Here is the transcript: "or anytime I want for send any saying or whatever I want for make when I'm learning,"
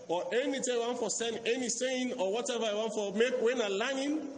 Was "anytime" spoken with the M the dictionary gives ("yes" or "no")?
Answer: no